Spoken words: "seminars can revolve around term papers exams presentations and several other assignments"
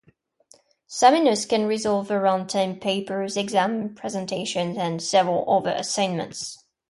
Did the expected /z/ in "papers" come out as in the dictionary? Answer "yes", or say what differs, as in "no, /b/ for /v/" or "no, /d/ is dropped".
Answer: yes